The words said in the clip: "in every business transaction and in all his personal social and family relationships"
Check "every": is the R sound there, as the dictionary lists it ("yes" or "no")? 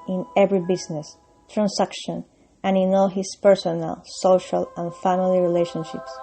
yes